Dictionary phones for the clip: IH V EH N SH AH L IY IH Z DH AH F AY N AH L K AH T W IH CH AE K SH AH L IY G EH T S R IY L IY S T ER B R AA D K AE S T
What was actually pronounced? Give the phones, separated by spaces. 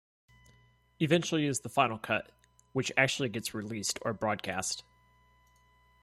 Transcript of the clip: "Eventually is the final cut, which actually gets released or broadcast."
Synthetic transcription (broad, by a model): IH V EH N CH L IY IH Z DH AH F AY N L K AH T W IH CH AE K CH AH L IY G EH T S R IY L IY S T ER B R AA D K AE S T